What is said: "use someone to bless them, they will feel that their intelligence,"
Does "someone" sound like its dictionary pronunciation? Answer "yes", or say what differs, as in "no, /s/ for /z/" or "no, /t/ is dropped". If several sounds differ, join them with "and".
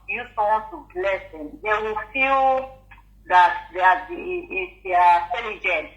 no, /m/ is dropped